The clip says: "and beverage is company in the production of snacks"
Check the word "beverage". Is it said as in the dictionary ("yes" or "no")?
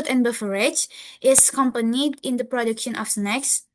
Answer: no